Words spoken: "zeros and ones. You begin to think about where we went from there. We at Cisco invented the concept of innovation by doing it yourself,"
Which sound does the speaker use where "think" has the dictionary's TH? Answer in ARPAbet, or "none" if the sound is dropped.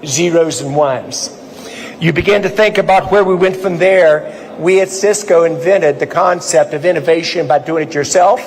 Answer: TH